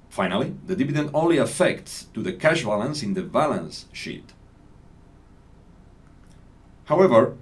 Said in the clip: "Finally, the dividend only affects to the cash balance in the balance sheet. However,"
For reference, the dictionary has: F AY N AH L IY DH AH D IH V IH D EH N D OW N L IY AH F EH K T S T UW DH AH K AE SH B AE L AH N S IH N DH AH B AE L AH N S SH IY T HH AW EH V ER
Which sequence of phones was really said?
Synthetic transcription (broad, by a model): F AY N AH L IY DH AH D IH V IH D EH N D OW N L IY AH F EH K T S T UW DH AH K AE SH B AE L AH N S IH N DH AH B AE L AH N S SH IY T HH AW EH V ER